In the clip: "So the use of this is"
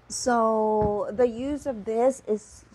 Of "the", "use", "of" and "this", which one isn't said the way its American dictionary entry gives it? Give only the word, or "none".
none